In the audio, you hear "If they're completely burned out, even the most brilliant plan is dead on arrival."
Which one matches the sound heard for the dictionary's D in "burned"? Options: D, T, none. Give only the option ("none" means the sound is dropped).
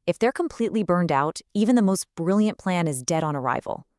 D